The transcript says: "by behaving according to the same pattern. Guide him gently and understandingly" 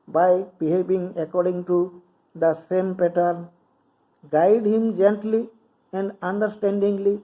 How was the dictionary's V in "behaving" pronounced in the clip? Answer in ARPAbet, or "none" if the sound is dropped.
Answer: B